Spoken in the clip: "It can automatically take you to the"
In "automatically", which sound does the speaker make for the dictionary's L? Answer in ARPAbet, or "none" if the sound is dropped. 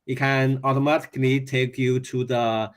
N